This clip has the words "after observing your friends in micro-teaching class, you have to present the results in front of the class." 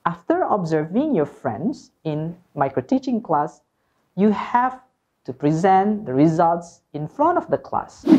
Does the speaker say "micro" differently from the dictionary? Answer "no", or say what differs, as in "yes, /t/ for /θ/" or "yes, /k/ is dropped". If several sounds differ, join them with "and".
no